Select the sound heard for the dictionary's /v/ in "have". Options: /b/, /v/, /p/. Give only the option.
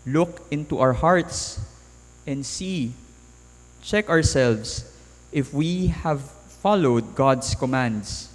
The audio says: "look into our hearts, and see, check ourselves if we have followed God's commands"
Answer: /v/